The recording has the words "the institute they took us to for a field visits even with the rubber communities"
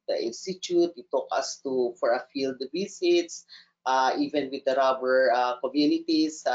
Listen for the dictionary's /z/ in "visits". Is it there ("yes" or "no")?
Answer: no